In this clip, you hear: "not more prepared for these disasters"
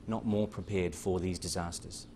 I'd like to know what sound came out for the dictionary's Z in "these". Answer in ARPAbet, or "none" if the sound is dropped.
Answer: Z